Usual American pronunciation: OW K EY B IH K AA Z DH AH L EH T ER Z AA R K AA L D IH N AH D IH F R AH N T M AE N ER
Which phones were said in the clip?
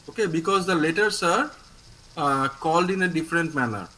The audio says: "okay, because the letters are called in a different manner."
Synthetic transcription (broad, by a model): OW K EY B IH K AA Z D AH L EH T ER S AA R K AA L D IH N AH D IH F R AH N T M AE N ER